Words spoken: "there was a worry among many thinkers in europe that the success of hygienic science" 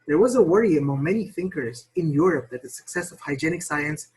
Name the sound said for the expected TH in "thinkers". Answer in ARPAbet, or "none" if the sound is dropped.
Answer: TH